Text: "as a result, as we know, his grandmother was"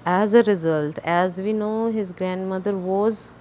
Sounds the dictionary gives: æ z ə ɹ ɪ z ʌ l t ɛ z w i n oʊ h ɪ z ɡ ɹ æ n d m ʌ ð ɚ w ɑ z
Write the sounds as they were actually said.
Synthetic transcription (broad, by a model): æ z ə ɹ ɪ z ʌ l t ɛ z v i n oʊ h ɪ z ɡ ɹ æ n d m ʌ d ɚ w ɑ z